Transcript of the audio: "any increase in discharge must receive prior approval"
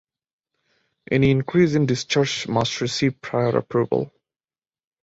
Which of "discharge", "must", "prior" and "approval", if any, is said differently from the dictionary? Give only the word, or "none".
discharge